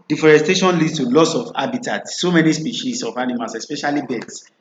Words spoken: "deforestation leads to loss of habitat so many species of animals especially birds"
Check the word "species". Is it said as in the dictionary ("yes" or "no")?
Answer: no